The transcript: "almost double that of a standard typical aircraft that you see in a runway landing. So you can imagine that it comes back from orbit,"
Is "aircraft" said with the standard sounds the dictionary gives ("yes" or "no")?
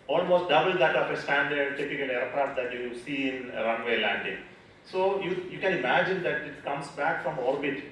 no